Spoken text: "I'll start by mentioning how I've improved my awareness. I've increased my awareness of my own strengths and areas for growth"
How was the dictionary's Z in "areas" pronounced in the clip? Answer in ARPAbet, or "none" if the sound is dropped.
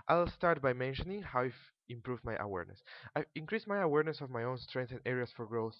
S